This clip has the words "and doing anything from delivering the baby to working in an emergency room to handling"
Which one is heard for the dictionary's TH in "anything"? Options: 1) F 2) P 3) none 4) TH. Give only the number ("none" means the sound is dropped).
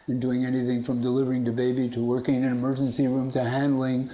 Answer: 4